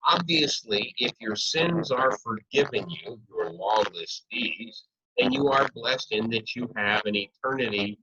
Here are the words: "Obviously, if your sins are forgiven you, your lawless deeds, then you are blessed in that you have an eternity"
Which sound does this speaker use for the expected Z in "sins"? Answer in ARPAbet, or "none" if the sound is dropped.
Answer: Z